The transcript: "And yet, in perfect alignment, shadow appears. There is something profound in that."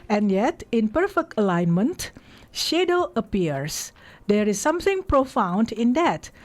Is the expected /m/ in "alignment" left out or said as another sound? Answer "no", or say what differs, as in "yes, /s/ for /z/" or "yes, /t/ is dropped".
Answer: no